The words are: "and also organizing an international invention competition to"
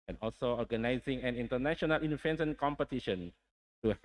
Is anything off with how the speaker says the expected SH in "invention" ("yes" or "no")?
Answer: yes